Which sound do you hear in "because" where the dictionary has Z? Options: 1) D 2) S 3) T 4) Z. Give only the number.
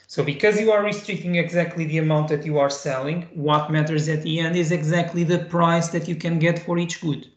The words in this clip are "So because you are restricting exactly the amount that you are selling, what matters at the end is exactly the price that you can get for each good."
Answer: 4